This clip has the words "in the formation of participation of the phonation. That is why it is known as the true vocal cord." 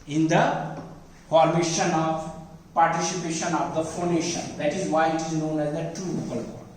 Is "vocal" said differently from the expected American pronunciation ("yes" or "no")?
yes